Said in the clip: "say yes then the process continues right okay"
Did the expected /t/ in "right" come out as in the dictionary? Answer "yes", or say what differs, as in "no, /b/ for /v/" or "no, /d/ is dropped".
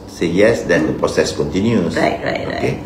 no, /t/ is dropped